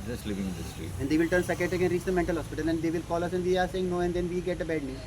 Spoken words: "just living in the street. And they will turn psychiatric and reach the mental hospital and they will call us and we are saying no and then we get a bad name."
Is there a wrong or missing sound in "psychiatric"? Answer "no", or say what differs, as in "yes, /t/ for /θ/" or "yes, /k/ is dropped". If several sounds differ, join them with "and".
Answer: yes, /ɹ/ is dropped